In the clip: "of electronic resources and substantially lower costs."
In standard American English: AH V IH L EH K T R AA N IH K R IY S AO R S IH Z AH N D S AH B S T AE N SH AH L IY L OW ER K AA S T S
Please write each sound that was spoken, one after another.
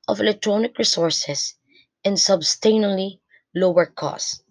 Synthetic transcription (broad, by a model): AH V IH L EH K T R AA N IH K R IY S AO R S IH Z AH N S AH B S T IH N AH L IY L OW ER K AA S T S